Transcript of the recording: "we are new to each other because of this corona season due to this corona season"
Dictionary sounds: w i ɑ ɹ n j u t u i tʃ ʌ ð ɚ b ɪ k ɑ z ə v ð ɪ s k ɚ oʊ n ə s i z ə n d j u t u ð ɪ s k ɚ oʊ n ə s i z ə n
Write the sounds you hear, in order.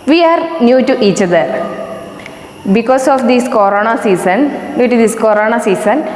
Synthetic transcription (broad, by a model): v i ɑ ɹ n j u t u i tʃ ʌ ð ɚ b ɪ k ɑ s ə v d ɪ s k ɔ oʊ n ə s i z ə n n j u t u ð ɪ s k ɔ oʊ n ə s i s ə n